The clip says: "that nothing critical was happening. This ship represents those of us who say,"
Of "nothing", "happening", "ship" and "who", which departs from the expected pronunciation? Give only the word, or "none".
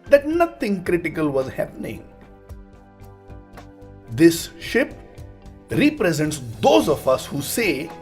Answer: nothing